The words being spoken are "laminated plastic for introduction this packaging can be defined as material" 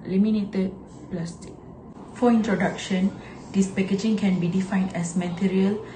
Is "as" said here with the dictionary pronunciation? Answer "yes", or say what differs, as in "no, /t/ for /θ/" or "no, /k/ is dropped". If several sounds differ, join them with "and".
no, /s/ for /z/